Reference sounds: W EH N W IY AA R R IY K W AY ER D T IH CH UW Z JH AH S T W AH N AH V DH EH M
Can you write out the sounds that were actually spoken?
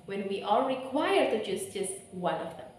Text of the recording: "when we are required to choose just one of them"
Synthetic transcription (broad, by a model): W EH N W IY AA L R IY K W AY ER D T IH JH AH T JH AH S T W AH N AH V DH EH M